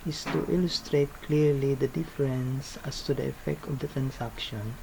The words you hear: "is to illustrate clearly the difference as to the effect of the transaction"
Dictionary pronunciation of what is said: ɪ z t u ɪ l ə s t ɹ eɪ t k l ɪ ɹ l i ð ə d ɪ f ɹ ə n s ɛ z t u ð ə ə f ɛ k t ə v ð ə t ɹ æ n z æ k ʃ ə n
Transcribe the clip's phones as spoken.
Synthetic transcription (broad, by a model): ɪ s t u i l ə s t ɹ eɪ t k l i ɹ l i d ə d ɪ f ɹ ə n s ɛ s t u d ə ə f ɛ k t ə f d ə t ɹ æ n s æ k ʃ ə n